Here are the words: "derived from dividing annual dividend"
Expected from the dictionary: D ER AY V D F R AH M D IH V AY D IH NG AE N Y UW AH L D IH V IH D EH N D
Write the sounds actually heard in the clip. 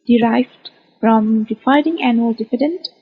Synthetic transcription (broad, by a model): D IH AY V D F R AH M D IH F AY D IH NG AE N Y UW AH L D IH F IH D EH N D